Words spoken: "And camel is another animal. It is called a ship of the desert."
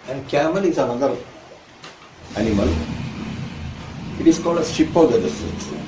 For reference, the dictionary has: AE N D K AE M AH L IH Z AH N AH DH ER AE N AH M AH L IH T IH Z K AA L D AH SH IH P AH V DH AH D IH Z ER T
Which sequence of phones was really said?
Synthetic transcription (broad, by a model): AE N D K AE M AH L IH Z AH N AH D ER AE N AH M AH L IH T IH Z K AA L D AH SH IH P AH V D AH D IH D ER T